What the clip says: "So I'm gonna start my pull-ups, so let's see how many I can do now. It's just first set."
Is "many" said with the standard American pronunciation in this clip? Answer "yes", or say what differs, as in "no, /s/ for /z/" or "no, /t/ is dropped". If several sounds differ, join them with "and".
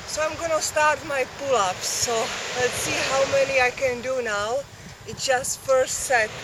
yes